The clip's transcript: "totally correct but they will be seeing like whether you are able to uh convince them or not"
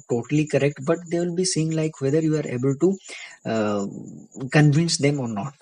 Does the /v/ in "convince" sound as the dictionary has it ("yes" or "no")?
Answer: yes